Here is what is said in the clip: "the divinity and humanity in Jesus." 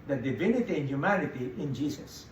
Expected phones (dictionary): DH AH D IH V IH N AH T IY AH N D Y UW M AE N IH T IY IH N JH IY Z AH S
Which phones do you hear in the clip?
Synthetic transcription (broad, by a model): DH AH D IH V IH N AH T IY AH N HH Y UW M AE N IH T IY IH N JH IY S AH S